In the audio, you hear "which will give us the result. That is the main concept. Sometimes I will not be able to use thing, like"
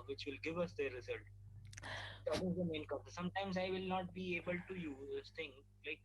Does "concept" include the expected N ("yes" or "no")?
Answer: no